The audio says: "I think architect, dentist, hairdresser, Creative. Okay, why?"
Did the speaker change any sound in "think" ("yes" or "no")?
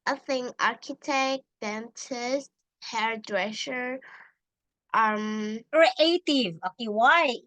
yes